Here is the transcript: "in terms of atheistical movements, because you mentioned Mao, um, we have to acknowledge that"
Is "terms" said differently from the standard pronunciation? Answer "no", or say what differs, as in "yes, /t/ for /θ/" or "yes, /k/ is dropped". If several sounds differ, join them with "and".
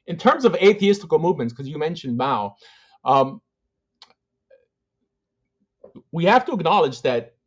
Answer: no